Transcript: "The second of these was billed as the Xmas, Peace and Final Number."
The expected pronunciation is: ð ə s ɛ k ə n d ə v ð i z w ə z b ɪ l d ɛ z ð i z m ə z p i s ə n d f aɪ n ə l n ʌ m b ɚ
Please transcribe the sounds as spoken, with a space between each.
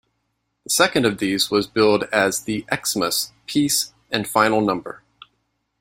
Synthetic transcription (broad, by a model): ð ə s ɛ k ə n d ə v ð i z w ə z b ɪ l d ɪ z ð i s m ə s p i s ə n f aɪ n l n ʌ m b ɚ